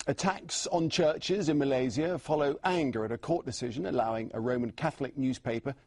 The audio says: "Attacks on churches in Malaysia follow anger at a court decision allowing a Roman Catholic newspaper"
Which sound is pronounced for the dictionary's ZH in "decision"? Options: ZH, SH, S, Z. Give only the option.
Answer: ZH